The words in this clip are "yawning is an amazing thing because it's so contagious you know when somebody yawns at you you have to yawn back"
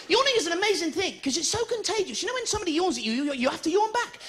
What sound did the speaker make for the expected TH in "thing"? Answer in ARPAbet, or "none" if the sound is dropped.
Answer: TH